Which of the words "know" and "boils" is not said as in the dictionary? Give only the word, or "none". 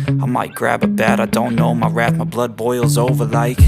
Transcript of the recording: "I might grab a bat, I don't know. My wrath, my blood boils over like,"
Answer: none